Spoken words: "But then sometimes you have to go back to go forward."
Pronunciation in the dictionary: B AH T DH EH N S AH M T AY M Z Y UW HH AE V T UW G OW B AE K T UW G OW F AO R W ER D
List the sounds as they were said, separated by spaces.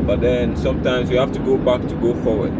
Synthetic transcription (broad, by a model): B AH T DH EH N S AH M T AY M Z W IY HH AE F T UW G OW B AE K T UW G OW F AO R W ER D